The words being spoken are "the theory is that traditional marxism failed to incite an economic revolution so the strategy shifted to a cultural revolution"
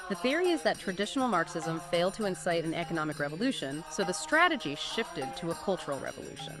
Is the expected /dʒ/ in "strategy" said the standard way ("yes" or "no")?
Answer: yes